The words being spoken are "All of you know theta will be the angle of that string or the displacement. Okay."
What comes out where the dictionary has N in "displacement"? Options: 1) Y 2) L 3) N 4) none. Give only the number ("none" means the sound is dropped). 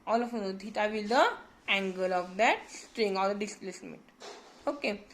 4